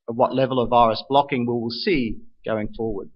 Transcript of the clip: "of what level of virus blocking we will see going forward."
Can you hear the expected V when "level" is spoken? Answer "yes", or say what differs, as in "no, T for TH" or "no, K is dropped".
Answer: yes